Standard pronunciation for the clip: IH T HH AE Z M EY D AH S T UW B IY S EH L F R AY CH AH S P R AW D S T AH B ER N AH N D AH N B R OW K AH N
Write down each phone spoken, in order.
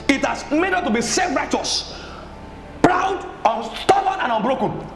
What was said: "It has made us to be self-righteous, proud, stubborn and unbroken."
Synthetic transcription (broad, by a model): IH T HH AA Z M EY D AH T UW B IY S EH F R AY CH AH S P R AW D S T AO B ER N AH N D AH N B R OW K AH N